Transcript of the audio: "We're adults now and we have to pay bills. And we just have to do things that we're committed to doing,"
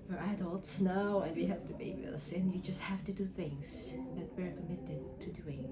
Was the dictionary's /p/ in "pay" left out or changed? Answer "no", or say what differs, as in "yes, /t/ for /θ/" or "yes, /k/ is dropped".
yes, /b/ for /p/